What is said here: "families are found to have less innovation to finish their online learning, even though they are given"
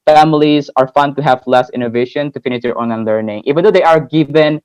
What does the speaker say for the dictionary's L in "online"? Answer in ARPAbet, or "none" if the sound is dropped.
none